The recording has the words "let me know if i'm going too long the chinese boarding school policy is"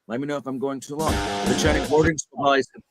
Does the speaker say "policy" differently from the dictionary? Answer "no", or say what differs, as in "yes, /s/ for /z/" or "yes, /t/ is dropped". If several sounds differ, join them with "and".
yes, /l/ is dropped